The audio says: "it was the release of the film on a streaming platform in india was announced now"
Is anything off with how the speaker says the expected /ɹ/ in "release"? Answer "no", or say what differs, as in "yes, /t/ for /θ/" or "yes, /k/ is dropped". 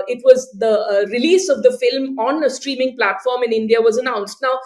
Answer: no